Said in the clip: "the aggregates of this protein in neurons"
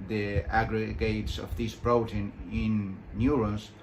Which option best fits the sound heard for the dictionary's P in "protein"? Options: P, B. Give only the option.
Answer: B